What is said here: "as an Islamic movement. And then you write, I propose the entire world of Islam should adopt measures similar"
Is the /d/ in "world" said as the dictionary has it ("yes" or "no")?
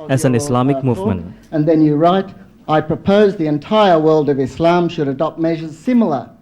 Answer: yes